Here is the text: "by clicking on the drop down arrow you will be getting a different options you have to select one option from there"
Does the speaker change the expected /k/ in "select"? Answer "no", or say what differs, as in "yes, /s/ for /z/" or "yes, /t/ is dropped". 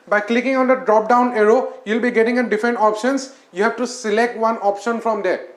no